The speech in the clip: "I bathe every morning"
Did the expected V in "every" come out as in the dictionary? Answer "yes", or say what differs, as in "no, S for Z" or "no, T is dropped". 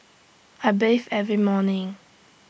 yes